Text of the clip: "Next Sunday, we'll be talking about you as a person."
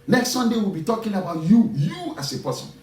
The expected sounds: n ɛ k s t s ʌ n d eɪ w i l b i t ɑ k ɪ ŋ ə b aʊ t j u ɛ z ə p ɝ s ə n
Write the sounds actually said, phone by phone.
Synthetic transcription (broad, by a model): n ɛ k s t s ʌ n d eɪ w i l b i t ɑ k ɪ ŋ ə b aʊ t j u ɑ s ə p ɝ s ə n